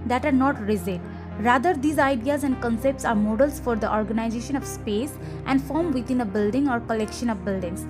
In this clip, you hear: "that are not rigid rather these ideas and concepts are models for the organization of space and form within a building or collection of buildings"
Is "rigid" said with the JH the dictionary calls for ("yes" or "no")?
no